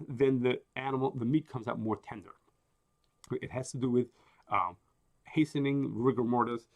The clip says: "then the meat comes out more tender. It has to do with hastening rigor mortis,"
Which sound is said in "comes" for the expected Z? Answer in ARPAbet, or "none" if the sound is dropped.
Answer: Z